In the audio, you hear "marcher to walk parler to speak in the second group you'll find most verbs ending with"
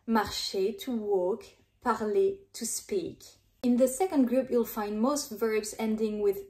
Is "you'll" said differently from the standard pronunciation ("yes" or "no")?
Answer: no